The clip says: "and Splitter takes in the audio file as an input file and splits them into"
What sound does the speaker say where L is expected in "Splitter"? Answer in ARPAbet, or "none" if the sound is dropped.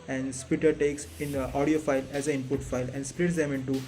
none